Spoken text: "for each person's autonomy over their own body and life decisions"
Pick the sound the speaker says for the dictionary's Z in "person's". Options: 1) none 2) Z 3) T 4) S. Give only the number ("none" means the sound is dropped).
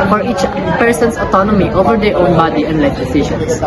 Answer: 4